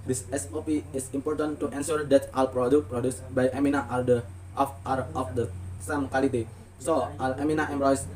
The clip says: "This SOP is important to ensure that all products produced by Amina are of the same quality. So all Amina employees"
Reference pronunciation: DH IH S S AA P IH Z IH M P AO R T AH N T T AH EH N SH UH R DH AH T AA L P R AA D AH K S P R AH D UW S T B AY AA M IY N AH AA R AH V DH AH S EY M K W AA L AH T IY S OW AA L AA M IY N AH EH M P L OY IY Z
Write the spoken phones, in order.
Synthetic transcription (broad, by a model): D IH S S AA P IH S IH M P AO R T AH N T T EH N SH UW R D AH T AA L P R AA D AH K P R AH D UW S B AY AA M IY N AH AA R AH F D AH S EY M K W AA L AH T IY S OW AA L AA M IY N AH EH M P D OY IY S